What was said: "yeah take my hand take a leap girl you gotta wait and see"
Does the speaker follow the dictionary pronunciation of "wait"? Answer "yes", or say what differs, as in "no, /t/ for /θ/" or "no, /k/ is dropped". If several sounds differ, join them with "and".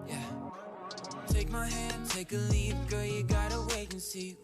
no, /t/ is dropped